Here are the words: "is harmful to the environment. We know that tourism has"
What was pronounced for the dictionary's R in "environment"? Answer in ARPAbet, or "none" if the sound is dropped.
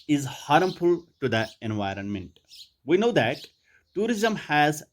R